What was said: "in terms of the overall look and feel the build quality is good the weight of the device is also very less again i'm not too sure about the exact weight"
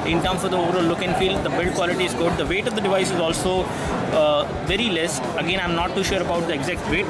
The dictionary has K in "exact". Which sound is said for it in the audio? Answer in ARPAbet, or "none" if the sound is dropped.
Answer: K